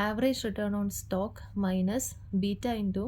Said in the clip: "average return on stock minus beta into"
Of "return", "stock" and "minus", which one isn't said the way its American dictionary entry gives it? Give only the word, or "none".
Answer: none